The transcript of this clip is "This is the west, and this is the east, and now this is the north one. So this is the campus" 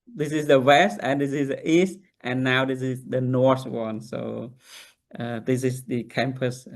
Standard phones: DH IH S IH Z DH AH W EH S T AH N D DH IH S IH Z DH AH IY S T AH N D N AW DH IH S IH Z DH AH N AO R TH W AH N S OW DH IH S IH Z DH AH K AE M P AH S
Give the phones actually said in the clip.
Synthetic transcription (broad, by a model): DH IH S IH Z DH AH W EH S T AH N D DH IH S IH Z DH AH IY S T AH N N AW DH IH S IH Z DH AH N AO R TH W AH N S OW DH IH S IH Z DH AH K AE M P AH S